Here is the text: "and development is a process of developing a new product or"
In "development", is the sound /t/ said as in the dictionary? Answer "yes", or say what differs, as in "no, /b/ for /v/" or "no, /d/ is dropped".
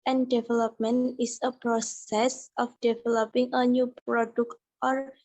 no, /t/ is dropped